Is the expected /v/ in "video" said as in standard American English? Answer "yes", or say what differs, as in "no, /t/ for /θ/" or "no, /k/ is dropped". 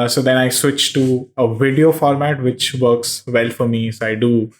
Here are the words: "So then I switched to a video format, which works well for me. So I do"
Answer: yes